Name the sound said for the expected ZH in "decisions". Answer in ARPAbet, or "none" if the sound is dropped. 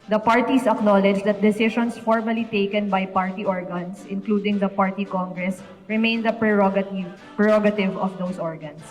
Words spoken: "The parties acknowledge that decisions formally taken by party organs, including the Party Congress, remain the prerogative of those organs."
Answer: SH